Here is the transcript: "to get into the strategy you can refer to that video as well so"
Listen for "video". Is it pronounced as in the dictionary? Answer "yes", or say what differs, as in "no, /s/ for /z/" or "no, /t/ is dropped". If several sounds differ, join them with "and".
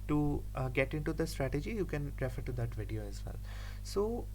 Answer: yes